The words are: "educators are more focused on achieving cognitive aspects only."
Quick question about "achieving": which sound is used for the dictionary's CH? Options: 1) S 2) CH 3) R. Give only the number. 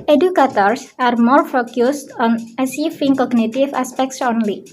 1